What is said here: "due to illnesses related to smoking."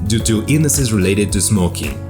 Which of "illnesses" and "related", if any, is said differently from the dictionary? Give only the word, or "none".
illnesses